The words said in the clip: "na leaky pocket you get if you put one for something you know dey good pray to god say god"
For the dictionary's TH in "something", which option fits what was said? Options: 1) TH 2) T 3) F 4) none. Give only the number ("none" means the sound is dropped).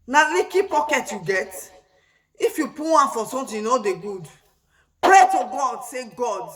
2